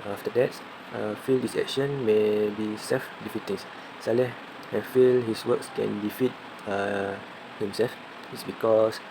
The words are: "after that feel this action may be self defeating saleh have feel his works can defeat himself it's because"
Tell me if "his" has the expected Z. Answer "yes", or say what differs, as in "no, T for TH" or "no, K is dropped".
no, S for Z